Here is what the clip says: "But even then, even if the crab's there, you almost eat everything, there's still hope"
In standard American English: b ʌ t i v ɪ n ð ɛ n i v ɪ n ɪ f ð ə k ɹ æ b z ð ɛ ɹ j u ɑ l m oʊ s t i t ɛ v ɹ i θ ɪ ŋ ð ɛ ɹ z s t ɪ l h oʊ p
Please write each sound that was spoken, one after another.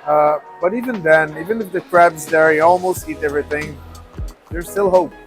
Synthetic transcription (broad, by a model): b ʌ t i v ɪ n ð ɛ n i v ɪ n ɪ f ð ə k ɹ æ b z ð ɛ ɹ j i ɑ l m oʊ s t i t ɛ v ɹ i θ ɪ ŋ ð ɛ ɹ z s t ɪ l h oʊ p